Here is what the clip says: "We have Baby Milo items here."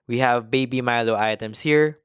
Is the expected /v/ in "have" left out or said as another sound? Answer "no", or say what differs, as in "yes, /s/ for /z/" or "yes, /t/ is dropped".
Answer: no